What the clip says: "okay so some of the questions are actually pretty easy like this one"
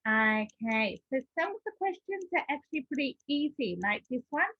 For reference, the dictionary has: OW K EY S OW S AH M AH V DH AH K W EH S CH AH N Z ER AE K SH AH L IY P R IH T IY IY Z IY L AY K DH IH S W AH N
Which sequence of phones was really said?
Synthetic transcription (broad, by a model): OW K EY S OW S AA AH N DH AH K W EH S CH AH N Z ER AE K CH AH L IY P R IH T IY IY Z IY L AY K DH IH S W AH N